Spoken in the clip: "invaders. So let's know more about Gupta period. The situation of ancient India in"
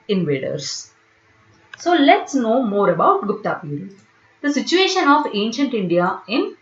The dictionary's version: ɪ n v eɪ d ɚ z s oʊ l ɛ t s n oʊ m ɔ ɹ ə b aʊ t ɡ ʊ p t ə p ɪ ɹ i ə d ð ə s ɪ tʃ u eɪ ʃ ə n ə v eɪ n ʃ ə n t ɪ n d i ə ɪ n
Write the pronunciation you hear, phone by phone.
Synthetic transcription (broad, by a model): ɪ n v eɪ d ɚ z s oʊ l ɛ t s n oʊ m ɔ ɹ ə b aʊ t ɡ ʊ p t ə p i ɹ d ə s ɪ tʃ u eɪ ʃ ə n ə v eɪ n ʃ ə n t ɪ n d i ə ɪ n